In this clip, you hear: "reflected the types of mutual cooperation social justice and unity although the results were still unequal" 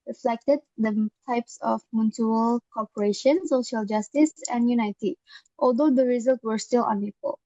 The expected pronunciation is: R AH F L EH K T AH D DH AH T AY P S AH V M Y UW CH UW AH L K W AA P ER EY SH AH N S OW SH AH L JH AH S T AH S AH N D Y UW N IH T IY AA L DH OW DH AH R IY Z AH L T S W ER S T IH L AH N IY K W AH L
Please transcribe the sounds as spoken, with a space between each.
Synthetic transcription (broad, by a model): R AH F L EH K T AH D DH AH T AY P S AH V M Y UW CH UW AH L K AA P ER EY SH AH N S OW SH AH L JH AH S T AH S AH N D Y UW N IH T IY AA L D OW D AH R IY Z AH L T W ER S T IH L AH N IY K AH L